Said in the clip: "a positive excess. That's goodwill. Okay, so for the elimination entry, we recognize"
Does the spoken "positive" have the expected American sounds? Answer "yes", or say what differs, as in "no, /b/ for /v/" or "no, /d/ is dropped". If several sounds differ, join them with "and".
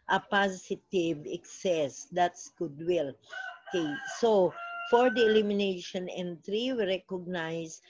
no, /s/ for /z/